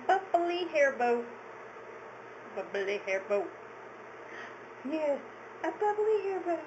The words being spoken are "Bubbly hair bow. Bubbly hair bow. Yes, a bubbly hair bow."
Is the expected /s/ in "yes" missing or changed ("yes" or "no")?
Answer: yes